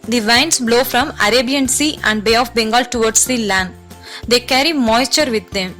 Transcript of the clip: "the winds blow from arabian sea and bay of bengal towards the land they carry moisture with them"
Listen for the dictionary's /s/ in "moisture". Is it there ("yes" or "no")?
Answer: yes